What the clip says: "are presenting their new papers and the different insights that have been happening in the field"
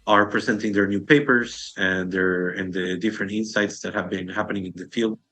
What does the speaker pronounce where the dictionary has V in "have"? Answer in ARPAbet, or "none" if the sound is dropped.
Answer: V